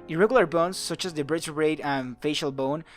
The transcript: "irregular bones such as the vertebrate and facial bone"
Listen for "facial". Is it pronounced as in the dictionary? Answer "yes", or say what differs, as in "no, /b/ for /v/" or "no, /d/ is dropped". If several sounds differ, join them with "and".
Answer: yes